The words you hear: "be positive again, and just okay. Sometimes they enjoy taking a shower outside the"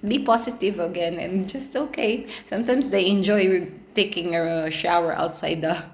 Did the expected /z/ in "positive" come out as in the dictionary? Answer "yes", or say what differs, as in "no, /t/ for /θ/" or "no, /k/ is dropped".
no, /s/ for /z/